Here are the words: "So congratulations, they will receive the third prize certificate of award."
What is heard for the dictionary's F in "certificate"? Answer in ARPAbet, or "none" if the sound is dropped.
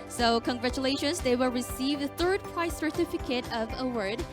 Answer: F